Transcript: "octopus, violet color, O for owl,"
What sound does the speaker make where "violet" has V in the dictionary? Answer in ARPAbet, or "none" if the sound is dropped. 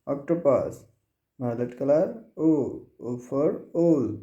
B